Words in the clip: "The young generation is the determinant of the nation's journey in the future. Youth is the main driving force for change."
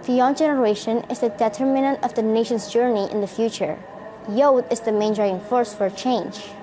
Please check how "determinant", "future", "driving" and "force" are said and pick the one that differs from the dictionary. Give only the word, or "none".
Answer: driving